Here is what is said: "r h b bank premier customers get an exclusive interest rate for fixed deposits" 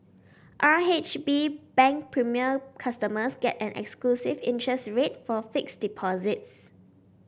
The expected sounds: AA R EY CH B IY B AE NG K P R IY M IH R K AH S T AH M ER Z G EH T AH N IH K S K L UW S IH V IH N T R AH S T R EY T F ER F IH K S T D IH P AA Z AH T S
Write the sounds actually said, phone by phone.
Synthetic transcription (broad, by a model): AA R EY CH B IY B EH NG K P R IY M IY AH K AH S T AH M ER S G EH T AH N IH K S K L UW S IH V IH N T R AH S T R EY T F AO F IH K S D IH P AA Z AH T S